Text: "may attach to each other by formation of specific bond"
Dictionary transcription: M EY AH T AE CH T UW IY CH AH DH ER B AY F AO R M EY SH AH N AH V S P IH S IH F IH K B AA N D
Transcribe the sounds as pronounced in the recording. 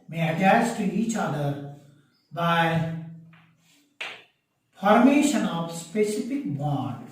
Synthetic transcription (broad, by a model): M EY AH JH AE S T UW IY CH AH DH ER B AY F AO R M EY SH AH N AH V S P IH S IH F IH K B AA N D